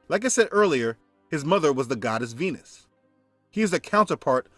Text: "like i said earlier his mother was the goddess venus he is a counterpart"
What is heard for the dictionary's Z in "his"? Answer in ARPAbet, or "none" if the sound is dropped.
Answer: Z